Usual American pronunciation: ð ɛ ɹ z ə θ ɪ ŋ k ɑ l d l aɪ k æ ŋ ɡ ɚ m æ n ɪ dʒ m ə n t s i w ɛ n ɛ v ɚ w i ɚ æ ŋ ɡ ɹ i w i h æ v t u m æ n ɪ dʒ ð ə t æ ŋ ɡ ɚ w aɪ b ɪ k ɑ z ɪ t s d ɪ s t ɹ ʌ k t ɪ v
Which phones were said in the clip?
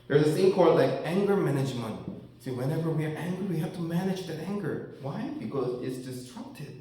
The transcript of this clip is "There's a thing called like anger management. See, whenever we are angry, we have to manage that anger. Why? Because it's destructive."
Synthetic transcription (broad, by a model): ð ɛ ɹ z ə s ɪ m k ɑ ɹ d l aɪ k æ ŋ ɡ ɚ m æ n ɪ dʒ m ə n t s i w ɛ n ɛ v ɚ w i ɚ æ ŋ ɡ ɹ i w i h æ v t u m æ n ɪ dʒ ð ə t æ ŋ ɡ ɚ w aɪ b ɪ k ɑ z ɪ t s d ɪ s t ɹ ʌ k t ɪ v